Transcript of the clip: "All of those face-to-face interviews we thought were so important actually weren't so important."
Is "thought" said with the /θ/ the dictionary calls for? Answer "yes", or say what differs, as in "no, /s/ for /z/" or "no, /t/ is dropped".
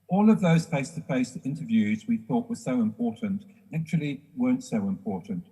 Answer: yes